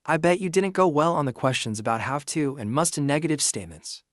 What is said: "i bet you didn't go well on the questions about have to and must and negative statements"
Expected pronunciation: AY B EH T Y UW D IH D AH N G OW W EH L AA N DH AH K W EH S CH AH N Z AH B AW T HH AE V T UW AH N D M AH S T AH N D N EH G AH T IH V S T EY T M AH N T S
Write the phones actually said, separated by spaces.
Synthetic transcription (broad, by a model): AY B EH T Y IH D IH D N G OW W EH L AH N DH AH K W EH S CH AH N Z AH B AW T HH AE F T UW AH N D M AH S T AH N N EH G AH T IH V S T EY T M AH N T S